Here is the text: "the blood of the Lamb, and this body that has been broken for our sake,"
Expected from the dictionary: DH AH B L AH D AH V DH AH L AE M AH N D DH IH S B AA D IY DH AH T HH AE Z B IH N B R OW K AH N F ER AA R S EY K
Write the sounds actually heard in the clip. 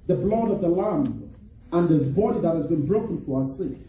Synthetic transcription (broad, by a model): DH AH B L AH D AH V DH AH L AE M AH N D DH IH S B AA D IY DH AH T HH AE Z B IH N B R OW K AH N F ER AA S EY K